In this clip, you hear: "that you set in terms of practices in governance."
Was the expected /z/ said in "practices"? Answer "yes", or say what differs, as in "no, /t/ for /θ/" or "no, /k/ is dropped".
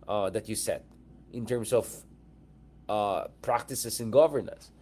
no, /s/ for /z/